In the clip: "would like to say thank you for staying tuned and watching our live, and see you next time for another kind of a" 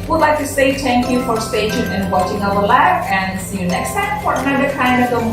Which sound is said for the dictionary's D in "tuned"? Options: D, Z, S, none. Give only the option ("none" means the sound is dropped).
none